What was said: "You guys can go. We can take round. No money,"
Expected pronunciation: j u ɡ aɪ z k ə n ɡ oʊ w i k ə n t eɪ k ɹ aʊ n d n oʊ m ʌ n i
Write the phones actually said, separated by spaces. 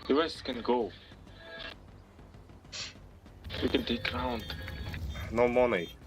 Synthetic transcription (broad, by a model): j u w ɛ s k ə n ɡ oʊ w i k ə n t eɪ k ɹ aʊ n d n oʊ m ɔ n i